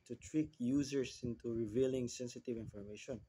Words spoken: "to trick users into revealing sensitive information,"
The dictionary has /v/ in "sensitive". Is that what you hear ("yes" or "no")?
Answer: yes